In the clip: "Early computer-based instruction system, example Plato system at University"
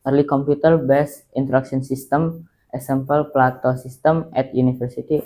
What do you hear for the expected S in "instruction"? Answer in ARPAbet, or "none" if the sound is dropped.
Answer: none